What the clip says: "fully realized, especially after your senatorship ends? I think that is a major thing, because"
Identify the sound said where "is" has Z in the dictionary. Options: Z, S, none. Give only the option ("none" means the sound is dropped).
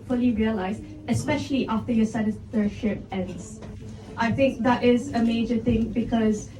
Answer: Z